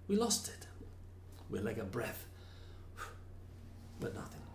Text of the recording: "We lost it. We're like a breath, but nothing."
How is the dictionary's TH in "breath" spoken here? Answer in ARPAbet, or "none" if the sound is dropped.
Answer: TH